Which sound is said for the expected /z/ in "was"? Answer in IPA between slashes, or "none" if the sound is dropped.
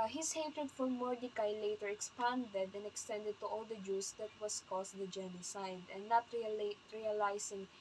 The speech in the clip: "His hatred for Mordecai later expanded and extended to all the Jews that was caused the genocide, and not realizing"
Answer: /s/